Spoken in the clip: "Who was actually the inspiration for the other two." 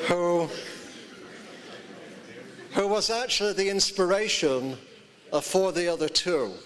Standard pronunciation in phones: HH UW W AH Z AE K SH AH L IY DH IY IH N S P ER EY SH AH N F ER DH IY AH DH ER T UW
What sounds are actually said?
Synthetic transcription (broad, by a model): HH UW W AH Z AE K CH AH L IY DH IY IH N S P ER EY SH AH N F ER DH IY AH DH ER T UW